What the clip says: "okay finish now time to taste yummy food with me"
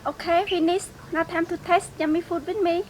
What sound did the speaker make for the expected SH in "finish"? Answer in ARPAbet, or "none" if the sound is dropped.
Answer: S